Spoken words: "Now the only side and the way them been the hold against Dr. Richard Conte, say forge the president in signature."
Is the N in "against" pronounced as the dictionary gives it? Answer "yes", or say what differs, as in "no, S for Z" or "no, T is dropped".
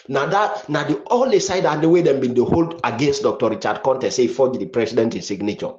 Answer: yes